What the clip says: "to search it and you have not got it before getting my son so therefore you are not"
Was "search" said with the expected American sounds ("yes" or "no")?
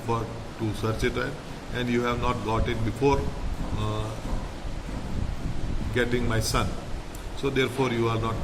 yes